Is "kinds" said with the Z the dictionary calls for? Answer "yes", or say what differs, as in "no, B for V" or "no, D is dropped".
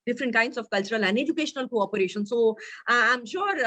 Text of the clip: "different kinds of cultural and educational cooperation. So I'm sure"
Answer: no, S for Z